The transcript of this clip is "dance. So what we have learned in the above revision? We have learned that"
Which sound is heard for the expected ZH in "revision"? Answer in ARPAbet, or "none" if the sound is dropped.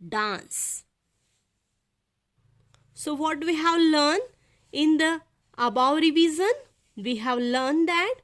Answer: Z